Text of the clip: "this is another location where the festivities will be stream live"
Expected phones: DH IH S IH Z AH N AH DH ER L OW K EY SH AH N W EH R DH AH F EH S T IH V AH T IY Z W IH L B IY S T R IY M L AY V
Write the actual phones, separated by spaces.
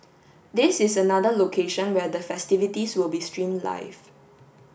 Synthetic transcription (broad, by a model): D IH S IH S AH N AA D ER L OW K EY SH AH N W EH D AH F EH S T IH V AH T IY S W IH L B IY S T R IY M L AY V